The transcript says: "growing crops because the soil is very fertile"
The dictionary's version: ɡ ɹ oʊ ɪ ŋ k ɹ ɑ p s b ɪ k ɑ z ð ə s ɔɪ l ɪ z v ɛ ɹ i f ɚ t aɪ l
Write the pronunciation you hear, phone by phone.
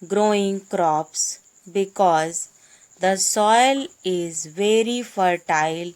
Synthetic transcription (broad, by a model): ɡ ɹ oʊ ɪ ŋ k ɹ ɑ p s b ɪ k ɑ z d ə s ɔɪ l ɪ z v ɛ ɹ i f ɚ t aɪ l